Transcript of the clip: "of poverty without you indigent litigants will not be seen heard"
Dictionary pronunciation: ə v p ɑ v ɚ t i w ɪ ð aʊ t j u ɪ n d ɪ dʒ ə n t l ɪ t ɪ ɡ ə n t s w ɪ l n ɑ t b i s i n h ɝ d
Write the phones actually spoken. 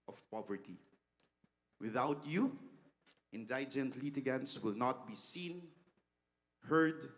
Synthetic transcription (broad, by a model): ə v p ɑ v ɚ t i w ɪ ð aʊ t j u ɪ n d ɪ dʒ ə n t l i t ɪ ɡ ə n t s w ɪ l n ɑ t b i s i n h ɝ d